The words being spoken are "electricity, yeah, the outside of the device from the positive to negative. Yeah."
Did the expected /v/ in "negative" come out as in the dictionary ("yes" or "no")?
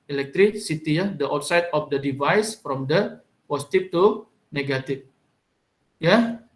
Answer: no